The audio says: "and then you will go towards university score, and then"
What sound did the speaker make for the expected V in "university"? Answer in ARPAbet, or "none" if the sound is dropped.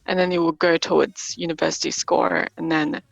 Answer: V